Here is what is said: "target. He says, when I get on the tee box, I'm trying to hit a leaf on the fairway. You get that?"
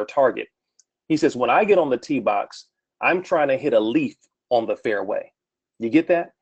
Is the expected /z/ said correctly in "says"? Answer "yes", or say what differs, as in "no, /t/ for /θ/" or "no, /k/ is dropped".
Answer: yes